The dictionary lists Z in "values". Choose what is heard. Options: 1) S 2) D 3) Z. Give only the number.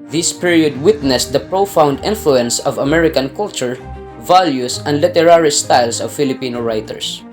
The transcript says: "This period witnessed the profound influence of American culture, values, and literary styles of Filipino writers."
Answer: 1